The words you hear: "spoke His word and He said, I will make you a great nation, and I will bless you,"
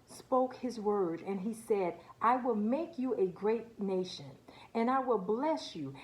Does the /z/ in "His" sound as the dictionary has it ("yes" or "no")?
yes